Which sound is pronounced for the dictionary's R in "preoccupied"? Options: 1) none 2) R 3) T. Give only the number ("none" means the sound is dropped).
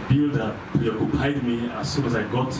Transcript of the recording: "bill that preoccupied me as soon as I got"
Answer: 1